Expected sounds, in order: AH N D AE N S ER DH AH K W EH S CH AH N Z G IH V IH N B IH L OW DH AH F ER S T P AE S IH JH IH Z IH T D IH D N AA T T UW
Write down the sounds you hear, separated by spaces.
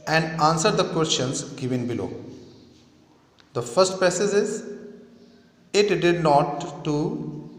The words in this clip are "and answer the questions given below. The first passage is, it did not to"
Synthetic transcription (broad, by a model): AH N D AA N S ER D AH K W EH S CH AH N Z G IH V IH N B IH L OW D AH F ER S T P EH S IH Z IH Z IH T D IH D N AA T T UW